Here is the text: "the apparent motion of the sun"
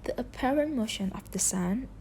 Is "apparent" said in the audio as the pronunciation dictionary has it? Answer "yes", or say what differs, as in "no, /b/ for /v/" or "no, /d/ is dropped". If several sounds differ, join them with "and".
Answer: yes